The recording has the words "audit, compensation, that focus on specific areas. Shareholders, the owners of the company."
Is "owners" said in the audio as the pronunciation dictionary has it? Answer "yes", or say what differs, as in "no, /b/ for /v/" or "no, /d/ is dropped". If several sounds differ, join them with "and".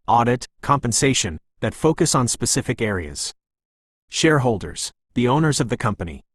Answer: yes